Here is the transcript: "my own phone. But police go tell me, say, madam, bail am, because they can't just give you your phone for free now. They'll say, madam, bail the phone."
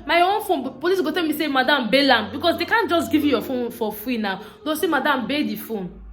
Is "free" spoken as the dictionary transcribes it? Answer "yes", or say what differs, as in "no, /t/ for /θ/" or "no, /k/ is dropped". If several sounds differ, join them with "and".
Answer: no, /w/ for /ɹ/